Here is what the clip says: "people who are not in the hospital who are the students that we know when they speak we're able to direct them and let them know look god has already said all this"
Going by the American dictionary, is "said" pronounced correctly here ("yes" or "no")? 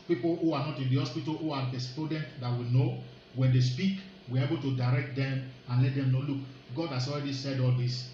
yes